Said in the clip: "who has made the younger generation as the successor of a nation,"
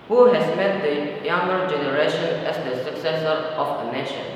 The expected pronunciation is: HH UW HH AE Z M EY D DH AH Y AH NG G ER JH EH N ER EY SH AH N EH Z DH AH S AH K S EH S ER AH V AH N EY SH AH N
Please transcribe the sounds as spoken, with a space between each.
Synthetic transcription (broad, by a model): HH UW HH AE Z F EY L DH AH Y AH NG G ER JH EH N ER EY SH AH N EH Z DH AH S AH K S EH S ER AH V AH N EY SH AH N